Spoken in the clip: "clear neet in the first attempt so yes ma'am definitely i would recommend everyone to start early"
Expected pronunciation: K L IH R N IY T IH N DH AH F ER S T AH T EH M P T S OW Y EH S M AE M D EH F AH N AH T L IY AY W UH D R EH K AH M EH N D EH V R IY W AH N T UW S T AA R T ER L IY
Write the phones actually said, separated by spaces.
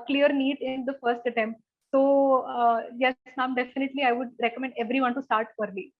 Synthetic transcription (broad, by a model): K L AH R N IY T IH N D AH F ER S T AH T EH M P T S OW Y EH S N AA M D EH F AH N AH T L IY AY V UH D R EH K AH M EH N D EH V R IY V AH N T UW S T AA R T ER L IY